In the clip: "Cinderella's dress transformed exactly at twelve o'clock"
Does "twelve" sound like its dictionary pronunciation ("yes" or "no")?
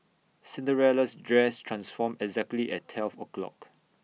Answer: no